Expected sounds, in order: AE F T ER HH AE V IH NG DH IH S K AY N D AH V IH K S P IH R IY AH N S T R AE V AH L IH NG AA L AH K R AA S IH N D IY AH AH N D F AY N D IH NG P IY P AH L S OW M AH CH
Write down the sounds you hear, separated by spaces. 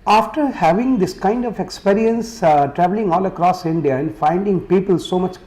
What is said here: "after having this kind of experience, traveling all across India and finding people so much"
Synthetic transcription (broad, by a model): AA F T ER HH AE V IH NG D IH S K AY N D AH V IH K S P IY R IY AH N S T R AE V AH L IH NG AA L AH K R AA S IH N D IY AH AH N D F AY N D IH NG P IY P AH L S OW M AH CH